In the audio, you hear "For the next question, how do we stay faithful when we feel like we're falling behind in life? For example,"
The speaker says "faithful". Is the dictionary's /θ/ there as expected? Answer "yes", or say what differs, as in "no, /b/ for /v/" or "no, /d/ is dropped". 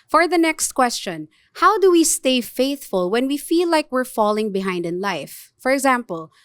yes